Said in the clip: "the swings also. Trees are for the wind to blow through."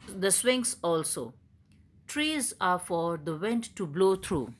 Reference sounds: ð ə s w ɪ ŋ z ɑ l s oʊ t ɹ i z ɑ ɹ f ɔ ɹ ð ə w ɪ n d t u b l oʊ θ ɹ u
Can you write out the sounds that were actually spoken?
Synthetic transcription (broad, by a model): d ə s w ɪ ŋ s ɑ l s oʊ t ɹ i z ɑ ɹ f ɔ ɹ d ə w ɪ n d t u b l oʊ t ɹ u